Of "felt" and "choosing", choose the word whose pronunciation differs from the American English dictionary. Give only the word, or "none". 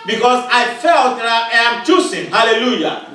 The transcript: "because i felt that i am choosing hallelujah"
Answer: choosing